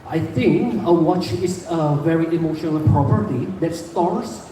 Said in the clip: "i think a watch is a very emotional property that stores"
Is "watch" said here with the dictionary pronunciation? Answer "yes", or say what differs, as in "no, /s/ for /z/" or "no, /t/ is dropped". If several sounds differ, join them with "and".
yes